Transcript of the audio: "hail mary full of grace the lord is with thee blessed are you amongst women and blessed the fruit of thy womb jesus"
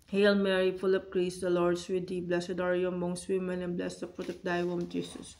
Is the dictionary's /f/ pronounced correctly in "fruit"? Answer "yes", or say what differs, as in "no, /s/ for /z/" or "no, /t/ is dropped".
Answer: no, /p/ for /f/